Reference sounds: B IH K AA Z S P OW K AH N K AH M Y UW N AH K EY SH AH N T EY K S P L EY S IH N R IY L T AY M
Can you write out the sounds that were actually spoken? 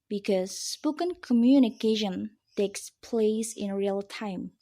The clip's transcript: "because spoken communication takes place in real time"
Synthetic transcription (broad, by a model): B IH K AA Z S P OW K AH N K AH M Y UW N AH K EY SH AH N T EY K S P L EY S IH N R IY L T AY M